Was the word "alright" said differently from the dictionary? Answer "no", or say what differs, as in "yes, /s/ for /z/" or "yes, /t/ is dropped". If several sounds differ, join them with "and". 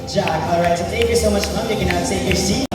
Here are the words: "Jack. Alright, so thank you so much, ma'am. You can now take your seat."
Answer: no